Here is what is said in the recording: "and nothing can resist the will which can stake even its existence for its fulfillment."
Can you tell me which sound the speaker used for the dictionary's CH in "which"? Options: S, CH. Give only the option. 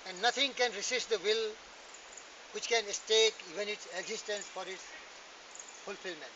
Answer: CH